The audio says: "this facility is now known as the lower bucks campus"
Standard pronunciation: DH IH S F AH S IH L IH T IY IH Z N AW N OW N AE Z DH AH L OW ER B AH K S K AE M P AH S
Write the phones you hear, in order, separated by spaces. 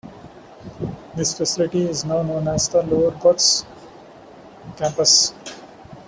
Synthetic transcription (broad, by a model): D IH S F AH S IH L IH T IY IH Z N AW N OW N AE Z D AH L OW ER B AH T S K AE M P AH S